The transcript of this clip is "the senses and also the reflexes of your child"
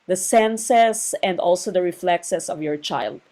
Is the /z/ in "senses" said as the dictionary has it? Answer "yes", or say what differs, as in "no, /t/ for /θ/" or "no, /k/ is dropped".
no, /s/ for /z/